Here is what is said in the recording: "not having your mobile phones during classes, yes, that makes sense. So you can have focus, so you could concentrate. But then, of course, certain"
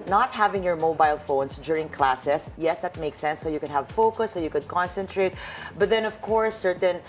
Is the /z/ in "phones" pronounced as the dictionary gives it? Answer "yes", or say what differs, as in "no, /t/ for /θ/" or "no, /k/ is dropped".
no, /s/ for /z/